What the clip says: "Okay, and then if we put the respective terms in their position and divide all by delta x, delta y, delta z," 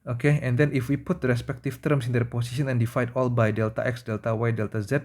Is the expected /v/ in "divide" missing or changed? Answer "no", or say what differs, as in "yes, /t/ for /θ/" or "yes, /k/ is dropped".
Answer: yes, /f/ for /v/